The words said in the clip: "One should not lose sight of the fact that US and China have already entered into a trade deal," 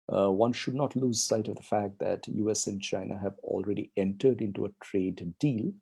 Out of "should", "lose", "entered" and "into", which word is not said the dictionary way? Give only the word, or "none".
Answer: none